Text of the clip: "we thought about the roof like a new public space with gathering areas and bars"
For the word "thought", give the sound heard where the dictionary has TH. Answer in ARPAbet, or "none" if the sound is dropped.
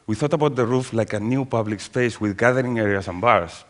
TH